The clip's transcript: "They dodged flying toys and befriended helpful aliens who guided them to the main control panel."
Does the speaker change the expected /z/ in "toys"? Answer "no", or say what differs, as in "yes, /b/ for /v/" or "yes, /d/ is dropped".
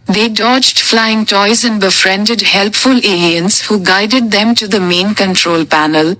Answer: no